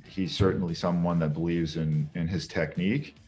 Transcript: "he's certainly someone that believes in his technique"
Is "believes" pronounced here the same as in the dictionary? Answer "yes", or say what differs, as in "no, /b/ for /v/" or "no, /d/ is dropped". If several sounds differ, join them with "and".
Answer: yes